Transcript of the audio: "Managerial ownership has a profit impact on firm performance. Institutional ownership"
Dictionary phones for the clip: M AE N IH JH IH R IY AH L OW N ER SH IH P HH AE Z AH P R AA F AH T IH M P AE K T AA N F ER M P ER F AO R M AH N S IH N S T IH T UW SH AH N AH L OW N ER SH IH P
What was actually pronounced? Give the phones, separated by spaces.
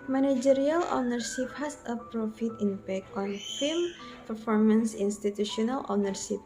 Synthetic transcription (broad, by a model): M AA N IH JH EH R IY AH L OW N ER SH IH P HH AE S AH P R AA F AH T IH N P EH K AA N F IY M P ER F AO R M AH N S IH N S T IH T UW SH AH N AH L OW N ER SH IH P